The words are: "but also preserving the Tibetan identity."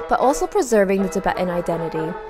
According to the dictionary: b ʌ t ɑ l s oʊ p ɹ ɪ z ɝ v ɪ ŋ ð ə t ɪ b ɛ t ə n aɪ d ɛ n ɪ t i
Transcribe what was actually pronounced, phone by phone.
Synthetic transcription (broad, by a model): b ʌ t ɑ l s oʊ p ɹ ɪ z ɝ v ɪ ŋ ð ə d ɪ b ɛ t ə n aɪ d ɛ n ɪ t i